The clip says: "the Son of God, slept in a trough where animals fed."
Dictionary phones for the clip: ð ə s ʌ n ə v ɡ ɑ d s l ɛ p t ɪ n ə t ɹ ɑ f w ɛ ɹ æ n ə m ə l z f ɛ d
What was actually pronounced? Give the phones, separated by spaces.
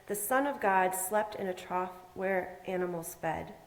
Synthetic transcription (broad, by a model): ð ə s ʌ n ə v ɡ ɑ d s l ɛ p t ɪ n ə t ɹ ɑ f w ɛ ɹ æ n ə m l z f ɛ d